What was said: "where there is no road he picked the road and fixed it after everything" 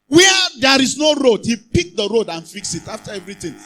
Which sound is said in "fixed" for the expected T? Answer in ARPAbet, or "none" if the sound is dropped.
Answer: none